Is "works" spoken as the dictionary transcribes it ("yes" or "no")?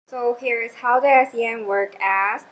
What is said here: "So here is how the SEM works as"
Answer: no